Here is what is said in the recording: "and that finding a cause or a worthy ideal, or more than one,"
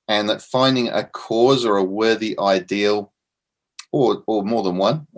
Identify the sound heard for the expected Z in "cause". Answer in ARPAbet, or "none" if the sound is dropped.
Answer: Z